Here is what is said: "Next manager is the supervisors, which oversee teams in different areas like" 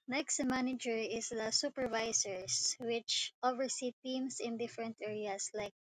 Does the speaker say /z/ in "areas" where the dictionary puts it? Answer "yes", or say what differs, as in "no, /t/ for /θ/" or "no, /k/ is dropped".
no, /s/ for /z/